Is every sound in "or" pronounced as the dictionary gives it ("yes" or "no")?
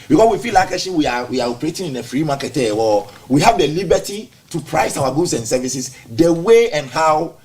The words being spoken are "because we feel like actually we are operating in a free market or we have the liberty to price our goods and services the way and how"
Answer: no